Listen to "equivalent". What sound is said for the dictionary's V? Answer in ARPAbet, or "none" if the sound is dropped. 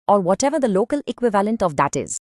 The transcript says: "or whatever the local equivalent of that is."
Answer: V